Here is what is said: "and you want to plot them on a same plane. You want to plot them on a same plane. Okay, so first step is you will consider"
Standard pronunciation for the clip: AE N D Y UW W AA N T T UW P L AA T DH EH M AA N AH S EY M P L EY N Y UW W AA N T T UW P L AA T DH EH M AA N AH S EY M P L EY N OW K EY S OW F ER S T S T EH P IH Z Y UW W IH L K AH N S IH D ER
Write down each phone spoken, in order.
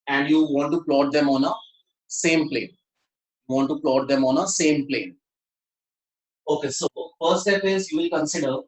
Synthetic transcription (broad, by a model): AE N D Y UW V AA N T T UW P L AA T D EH M AA N AH S EY M P L EY N Y UW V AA N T T UW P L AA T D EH M AA N AH S EY M P L EY N OW K EY S OW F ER T S T EH P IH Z Y UW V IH L K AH N S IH D ER